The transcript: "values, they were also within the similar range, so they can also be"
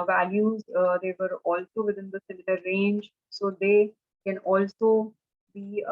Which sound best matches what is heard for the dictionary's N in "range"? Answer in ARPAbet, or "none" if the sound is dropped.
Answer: N